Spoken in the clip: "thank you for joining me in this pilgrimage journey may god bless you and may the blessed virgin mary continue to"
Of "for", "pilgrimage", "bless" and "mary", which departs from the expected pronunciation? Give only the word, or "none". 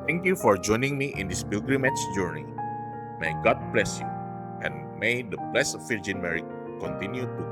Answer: pilgrimage